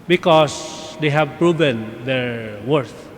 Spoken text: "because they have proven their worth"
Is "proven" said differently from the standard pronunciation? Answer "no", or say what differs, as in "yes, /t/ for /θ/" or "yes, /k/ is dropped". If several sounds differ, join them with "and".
no